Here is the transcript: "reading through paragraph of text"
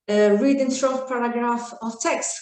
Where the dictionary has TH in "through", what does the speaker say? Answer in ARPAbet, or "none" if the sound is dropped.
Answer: S